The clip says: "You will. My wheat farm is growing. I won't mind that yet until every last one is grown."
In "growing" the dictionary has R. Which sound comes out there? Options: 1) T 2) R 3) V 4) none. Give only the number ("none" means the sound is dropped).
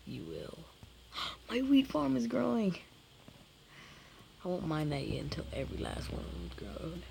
2